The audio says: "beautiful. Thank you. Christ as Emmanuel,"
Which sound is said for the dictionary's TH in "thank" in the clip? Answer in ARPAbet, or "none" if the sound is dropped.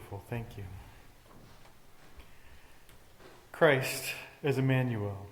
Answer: TH